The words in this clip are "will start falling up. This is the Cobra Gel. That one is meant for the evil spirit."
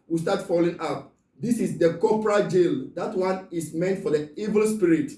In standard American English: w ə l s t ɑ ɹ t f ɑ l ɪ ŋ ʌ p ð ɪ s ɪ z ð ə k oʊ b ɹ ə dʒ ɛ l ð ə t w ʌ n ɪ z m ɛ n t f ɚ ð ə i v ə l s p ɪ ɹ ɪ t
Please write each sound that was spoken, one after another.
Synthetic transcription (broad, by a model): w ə s t ɑ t f ɑ l ɪ ŋ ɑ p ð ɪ s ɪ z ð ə k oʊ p ɹ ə dʒ ɛ l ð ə t w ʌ n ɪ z m ɛ n t f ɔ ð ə i v ə l s p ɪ ɹ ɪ t